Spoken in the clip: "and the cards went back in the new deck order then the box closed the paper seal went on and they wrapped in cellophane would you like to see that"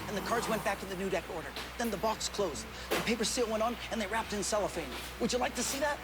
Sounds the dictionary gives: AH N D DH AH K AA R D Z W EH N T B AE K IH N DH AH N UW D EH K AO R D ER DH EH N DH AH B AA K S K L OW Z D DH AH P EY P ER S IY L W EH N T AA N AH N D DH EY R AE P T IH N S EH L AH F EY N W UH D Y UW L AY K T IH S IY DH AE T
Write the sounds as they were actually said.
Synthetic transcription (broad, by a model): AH N DH AH K AA R D Z W EH N B AE K IH N DH AH N UW D EH K AO R D ER DH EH N DH AH B AA K S K L OW Z D DH AH P EY P ER S IY L W EH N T N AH N DH EY R AE P T IH N S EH L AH F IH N W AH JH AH L AY K T IH S IY DH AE T